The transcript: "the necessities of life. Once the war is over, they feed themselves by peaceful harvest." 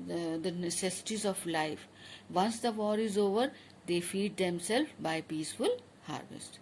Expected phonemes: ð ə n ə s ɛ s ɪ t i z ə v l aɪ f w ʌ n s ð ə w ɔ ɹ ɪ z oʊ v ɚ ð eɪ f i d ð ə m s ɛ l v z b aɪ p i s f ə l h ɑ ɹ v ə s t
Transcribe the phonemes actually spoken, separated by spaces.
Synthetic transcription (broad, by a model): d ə n ə s ɛ s ɪ t i z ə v l aɪ f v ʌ n s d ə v ɔ ɹ ɪ z oʊ v ɚ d eɪ f i d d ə m s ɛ l z b aɪ p i s f ə l h ɑ ɹ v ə s t